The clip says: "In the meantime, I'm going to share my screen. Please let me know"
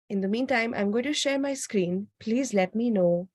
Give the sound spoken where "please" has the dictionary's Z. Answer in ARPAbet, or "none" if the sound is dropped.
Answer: Z